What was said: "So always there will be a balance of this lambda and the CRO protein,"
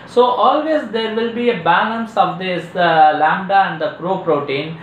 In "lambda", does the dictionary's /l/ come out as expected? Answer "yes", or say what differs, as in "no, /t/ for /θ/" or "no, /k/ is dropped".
yes